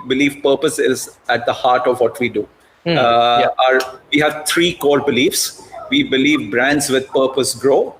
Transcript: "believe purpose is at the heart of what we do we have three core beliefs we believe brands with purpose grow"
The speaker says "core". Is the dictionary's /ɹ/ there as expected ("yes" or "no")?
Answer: yes